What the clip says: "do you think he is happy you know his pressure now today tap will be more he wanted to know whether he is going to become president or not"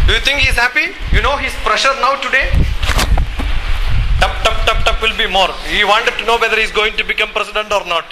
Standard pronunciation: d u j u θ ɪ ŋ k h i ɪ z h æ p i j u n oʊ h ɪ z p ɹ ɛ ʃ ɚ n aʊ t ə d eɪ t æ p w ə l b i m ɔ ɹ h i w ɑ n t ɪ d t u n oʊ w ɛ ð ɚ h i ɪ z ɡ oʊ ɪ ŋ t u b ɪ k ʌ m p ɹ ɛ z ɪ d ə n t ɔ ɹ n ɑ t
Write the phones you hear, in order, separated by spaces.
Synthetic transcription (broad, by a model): d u j u t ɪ ŋ k h i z h æ p i j u n oʊ h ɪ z p ɹ ɛ ʃ ɚ n aʊ t ə d eɪ t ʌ p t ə l b i m ɔ ɹ h i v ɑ n t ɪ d t u n oʊ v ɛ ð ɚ h i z ɡ oʊ ɪ ŋ t u b ɪ k ʌ m p ɹ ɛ s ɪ d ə n t ɔ ɹ n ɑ t